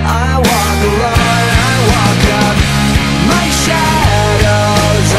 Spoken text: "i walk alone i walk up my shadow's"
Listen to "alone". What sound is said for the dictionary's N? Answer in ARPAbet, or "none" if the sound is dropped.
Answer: none